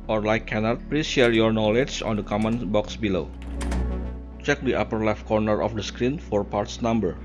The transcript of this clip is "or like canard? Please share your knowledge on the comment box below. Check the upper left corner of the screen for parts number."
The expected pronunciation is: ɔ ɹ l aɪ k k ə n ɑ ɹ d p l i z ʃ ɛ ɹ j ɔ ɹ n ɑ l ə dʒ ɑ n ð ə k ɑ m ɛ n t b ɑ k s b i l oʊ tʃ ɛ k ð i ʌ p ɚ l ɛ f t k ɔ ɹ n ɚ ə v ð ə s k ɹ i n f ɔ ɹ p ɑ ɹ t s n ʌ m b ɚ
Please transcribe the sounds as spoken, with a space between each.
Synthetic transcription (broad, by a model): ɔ ɹ l aɪ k k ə n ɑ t p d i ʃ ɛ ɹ j ɔ ɹ n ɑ l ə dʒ ɑ n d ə k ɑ m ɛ n b ɑ k s b i l oʊ tʃ ɛ k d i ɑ p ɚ l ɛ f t k ɔ ɹ n ɚ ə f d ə s k ɹ i n f ɔ ɹ p ɑ ɹ t s n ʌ m b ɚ